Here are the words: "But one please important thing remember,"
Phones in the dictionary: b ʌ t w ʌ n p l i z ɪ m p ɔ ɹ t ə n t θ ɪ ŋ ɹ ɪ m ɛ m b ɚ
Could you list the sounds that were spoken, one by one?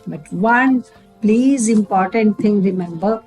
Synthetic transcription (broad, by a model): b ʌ t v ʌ n p l i z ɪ m p ɔ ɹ t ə n t t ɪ ŋ ɹ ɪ m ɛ m b ɚ